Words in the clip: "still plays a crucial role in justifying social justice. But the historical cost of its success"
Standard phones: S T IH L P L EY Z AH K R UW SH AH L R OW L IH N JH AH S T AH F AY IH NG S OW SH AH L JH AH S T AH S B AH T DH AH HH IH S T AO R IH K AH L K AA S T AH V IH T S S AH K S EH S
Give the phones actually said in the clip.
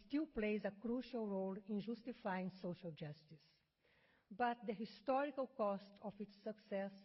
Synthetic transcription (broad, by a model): S T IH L P L EY Z AH K R UW SH AH L R OW L IH N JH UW S T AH F AY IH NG S OW SH AH L JH AH S T AH S B AH T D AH HH IH S T AO R IH K AH L K AA S T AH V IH T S S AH K S EH S